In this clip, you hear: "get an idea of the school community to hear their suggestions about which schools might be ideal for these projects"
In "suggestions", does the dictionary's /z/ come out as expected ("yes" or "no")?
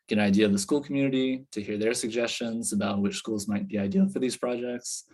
yes